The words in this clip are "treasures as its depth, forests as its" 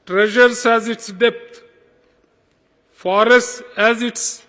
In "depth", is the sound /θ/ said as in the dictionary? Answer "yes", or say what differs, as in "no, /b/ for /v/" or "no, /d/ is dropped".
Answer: no, /t/ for /θ/